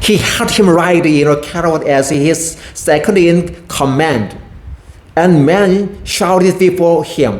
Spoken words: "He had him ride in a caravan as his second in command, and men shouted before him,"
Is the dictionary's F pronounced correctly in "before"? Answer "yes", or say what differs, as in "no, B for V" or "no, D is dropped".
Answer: yes